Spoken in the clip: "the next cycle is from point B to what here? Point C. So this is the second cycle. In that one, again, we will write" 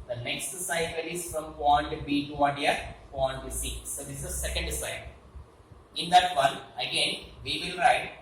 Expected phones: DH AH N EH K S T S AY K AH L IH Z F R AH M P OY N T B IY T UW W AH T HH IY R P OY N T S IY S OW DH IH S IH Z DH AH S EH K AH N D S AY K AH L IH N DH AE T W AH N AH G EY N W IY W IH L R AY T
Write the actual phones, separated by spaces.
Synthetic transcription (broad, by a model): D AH N EH K S T S AY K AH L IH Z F R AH M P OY N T B IY T UW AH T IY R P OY N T S IY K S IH IH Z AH S EH K AH N D S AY AH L IH N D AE T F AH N AH G EY N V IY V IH L R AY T